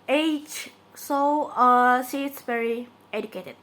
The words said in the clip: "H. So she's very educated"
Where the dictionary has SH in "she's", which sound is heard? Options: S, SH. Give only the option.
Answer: S